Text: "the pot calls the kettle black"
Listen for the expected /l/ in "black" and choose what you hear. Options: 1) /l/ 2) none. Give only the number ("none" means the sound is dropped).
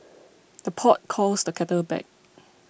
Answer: 2